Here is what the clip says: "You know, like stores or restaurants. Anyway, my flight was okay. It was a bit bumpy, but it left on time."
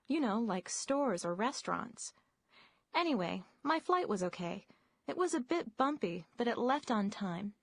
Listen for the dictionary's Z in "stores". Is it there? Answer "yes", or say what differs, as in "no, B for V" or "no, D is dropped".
yes